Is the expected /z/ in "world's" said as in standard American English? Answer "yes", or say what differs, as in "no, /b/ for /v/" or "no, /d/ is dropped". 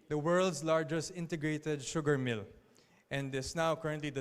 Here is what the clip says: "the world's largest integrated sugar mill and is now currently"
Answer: no, /s/ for /z/